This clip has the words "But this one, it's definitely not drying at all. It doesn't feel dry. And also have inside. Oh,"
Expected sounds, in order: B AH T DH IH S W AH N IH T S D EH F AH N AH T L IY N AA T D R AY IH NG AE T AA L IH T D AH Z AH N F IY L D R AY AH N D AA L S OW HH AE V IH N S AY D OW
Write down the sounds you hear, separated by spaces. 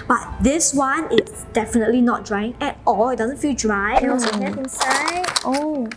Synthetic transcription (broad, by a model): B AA T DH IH S W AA N IH T S D EH F AH N AH T L IY N AA T D R AY IH NG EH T AA L IH T D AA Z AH N F IY L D R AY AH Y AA S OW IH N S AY OW